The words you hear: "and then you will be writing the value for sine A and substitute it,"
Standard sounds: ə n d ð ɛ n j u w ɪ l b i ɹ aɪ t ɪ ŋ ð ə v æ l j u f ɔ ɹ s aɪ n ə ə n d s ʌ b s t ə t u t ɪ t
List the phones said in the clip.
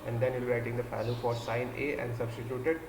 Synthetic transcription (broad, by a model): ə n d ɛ n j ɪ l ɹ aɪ t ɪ ŋ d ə f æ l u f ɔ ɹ s aɪ n ə ə n d s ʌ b s t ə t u t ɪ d